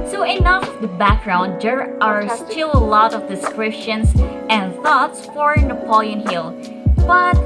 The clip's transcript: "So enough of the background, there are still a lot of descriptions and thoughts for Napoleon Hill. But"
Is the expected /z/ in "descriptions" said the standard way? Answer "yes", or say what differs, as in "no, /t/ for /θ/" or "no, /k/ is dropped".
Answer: no, /s/ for /z/